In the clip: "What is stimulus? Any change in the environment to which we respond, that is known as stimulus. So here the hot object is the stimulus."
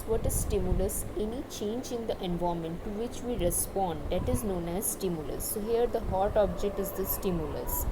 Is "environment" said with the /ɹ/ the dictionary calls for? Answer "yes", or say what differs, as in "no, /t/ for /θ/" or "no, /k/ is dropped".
no, /ɹ/ is dropped